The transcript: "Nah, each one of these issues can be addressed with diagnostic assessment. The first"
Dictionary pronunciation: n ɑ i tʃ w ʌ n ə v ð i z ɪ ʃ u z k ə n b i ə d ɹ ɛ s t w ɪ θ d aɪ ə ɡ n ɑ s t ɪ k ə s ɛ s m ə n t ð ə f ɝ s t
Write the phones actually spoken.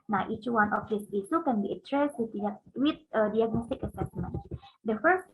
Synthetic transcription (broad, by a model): n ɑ i tʃ w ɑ n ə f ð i s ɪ s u k ə n b i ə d ɹ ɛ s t w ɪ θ d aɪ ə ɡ n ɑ s t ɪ k ə s ɛ s m ə n t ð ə f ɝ s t